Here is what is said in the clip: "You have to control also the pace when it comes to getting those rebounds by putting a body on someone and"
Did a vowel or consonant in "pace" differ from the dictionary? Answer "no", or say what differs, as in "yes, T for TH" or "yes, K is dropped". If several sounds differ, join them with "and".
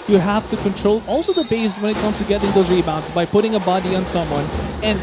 yes, B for P